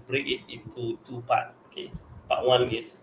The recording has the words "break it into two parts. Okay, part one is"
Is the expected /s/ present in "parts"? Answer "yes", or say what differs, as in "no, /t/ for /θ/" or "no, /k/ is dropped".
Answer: no, /s/ is dropped